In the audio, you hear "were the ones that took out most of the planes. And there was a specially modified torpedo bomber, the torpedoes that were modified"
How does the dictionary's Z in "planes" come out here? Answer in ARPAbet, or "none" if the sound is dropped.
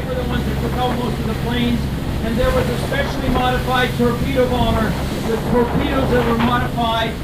Z